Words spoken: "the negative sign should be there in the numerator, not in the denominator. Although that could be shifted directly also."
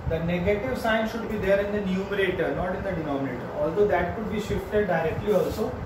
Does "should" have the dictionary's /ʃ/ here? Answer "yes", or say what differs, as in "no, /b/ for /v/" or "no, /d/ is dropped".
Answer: yes